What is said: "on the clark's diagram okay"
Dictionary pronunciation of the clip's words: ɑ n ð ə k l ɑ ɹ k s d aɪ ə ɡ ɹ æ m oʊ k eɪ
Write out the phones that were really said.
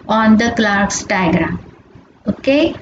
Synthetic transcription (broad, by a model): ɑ n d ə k l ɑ ɹ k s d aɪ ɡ ɹ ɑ oʊ k eɪ